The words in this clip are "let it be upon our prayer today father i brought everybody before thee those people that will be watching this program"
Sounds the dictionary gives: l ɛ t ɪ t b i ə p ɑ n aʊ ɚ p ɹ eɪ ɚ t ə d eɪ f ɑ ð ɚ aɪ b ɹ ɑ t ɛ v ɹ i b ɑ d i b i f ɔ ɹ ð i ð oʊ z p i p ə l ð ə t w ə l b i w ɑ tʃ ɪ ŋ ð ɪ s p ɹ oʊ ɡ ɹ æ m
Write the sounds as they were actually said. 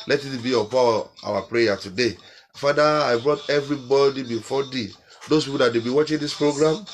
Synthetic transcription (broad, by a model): l ɛ t ɪ t b i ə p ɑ aʊ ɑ p ɹ eɪ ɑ t ə d eɪ f ɑ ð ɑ aɪ b ɹ ɑ t ɛ v ɹ i b ɑ d i b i f ɔ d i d oʊ s p i p ə l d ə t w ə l b i w ɑ tʃ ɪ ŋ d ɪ s p ɹ oʊ ɡ ɹ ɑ m